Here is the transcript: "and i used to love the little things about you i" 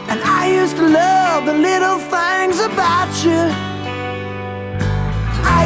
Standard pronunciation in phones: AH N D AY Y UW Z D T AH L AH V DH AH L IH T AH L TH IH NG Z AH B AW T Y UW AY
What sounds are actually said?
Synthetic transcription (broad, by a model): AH N AY Y UW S T AH L AH V DH AH L IH T L TH IH NG Z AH B AW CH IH AY